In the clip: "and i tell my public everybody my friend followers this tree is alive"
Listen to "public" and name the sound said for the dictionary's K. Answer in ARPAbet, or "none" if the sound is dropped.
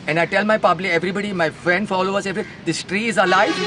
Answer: none